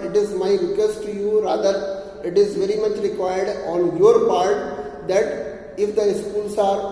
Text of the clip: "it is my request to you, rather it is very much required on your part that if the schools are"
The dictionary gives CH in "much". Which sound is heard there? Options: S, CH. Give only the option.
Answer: CH